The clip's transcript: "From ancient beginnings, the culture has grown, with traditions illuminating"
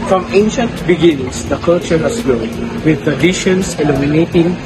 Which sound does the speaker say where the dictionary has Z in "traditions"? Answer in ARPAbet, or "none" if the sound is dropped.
S